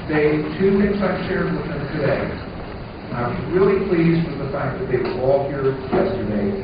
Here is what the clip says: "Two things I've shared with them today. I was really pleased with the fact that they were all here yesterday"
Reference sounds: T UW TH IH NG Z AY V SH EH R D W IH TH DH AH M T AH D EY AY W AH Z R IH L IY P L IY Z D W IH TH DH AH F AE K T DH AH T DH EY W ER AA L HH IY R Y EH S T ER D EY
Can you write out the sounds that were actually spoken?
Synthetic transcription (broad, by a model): T UW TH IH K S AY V SH EH R D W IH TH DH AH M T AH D EY AY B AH R IH L IY P L IY Z D W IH DH AH F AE K DH AH T DH EY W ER AA L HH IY R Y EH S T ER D EY